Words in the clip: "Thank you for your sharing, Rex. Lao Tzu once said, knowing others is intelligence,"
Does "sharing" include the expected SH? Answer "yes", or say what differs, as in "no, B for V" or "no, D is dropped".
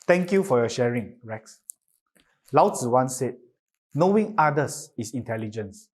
yes